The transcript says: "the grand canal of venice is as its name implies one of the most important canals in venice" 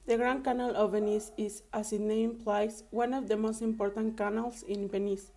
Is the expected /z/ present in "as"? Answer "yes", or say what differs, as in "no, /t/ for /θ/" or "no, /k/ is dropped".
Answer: no, /s/ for /z/